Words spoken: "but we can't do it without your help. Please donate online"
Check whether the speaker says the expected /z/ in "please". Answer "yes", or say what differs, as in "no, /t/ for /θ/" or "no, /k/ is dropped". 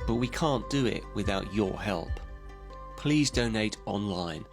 yes